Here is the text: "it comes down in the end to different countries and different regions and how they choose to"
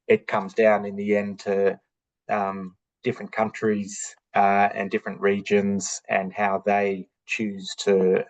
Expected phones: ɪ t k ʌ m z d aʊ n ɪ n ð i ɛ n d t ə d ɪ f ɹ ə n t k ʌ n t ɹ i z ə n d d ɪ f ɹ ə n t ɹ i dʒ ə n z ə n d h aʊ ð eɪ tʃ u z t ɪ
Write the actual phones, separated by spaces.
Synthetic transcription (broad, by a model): ɪ t k ʌ m z d aʊ n ɪ n ð i ɛ n t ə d ɪ f ɹ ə n k ʌ n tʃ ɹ i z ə n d d ɪ f ɹ ə n t ɹ i dʒ ə n z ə n h aʊ ð eɪ tʃ u z t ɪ